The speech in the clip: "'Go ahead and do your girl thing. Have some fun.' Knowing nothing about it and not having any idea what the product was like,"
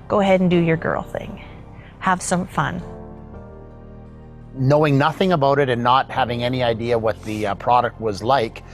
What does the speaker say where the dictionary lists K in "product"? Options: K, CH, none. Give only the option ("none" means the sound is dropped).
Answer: K